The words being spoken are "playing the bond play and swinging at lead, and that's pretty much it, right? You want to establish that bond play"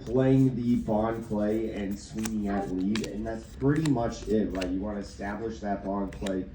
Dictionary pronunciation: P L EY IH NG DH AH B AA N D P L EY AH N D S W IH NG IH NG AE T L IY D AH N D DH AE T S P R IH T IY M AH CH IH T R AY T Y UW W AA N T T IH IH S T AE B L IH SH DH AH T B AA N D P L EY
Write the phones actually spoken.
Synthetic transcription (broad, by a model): P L EY IH NG DH AH B AA N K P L EY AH N S W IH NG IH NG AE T L IY D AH N DH AE T S P R IH T IY M AH CH IH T L AY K Y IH W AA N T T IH IH S T AE B L IH SH DH AH T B AA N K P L EY